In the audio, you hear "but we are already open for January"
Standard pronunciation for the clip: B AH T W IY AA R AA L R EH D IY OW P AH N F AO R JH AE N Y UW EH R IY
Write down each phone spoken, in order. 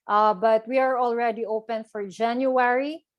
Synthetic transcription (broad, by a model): B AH T W IY AA R AA L R EH D IY OW P AH N F AO R JH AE N Y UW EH R IY